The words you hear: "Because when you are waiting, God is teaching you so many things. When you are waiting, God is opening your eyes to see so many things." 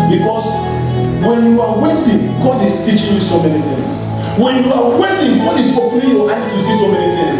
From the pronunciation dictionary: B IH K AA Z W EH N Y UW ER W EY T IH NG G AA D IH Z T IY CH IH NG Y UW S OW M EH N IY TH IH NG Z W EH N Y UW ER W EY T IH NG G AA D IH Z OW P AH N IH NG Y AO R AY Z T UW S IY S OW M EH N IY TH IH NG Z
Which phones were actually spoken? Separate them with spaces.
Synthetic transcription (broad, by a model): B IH K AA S W EH N Y UW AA W EY T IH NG G AA D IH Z T IY CH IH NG Y UW S OW M EH N IY T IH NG S W EH N Y UW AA W EY T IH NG G AA D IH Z OW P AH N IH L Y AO L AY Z T UW S IY S OW M EH N IY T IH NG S